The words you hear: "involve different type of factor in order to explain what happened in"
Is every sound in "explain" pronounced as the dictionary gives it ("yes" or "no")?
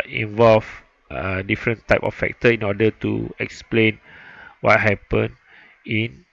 yes